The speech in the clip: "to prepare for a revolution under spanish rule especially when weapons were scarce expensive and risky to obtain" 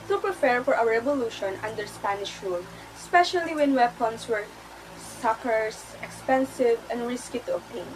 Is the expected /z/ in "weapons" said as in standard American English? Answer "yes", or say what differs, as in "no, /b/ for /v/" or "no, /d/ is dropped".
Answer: no, /s/ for /z/